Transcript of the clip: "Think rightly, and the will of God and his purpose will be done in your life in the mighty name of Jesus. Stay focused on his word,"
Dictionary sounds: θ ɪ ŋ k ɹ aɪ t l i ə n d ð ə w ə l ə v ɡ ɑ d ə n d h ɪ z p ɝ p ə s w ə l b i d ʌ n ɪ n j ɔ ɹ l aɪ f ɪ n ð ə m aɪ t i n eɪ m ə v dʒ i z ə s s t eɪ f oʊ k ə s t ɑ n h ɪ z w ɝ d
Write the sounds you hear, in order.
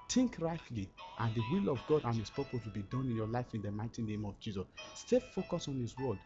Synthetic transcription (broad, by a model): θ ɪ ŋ k ɹ aɪ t l i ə n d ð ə w ə l ə v ɡ ɑ d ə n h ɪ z p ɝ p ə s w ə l b i d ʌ n ɪ n j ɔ l aɪ f ɪ n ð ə m aɪ t i n eɪ m ə v dʒ i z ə s s t eɪ f oʊ k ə s ɑ n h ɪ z w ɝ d